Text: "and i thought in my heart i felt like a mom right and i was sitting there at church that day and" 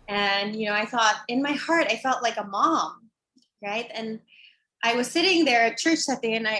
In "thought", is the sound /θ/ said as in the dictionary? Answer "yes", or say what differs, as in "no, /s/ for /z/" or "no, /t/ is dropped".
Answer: yes